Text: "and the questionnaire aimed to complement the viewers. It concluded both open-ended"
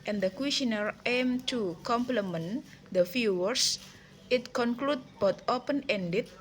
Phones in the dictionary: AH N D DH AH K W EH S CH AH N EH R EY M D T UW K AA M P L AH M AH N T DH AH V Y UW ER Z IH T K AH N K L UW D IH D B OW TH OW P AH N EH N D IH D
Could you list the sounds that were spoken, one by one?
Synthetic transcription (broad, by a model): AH N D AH K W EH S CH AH N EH R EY M T UW K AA M P L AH M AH N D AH F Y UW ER S IH T K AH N K L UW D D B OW T OW P AH N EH N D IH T